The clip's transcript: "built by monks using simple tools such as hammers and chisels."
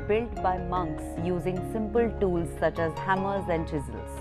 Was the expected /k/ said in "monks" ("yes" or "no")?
yes